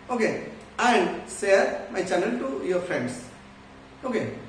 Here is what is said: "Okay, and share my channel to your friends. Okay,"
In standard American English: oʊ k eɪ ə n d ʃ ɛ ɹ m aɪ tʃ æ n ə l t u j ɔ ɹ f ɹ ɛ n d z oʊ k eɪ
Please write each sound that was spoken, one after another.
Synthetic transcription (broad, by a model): oʊ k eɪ ə n d s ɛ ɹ m aɪ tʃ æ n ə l t u j ɔ ɹ f ɹ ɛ n d s oʊ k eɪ